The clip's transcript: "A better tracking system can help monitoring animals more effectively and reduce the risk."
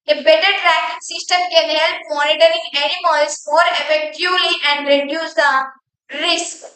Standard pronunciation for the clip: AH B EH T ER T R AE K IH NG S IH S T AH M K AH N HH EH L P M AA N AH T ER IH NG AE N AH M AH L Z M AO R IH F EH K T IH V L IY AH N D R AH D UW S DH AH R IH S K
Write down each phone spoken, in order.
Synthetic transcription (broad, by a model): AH B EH T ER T R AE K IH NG S IH S T AH M K AH N HH EH L P M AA N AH T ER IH NG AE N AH M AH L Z M AO R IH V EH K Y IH L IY AH N D R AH D UW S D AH R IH S K